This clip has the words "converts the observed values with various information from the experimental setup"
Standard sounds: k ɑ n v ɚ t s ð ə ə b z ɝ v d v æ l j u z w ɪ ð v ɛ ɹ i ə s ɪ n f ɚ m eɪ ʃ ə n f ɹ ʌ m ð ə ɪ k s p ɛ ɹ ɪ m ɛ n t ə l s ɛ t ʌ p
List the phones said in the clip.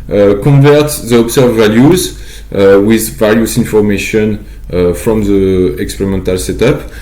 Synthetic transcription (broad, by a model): k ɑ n v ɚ t ð ə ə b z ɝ v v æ l j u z w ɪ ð v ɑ l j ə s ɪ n f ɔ m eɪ ʃ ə n f ɹ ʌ m ð ə ɪ k s p ɛ ɹ ɪ m ɛ n t ə l s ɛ t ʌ p